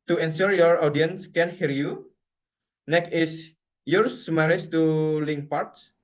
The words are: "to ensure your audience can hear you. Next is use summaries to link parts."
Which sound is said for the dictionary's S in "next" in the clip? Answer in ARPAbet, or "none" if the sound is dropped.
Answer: none